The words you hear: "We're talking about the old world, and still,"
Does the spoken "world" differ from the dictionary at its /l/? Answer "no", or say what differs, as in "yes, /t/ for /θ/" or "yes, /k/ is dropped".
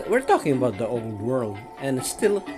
no